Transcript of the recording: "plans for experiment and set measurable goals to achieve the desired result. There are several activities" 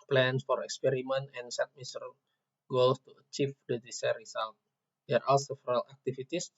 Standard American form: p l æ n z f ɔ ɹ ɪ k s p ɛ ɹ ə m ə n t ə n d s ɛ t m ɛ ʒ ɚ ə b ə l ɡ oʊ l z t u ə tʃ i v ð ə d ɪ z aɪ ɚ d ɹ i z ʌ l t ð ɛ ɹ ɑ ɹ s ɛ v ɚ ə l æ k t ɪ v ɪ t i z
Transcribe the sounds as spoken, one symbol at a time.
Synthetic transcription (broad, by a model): p l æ n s f ɔ ɹ ɪ k s p ɛ ɹ ə m ə n t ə n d s ɛ t m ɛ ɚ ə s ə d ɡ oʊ l s t u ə tʃ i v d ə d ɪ s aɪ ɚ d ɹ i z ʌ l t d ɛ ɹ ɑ l s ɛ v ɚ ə l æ k t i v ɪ t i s